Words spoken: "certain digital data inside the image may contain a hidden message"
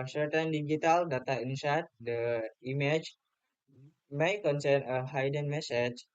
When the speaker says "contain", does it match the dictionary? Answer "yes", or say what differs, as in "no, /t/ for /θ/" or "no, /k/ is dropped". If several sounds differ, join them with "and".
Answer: no, /s/ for /t/